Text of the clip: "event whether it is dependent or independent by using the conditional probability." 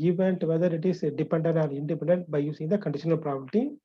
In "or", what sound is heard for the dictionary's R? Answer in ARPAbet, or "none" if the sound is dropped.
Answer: L